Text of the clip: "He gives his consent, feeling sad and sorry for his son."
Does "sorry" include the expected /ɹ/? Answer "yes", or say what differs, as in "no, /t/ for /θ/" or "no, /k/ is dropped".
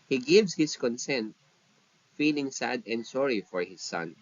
yes